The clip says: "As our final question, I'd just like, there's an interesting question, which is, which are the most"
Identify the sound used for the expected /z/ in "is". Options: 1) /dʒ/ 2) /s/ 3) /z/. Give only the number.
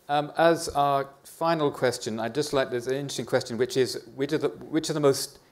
3